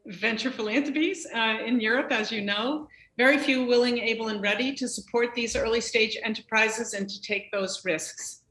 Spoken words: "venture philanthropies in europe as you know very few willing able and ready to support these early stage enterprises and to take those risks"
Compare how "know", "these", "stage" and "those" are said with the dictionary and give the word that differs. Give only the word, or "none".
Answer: none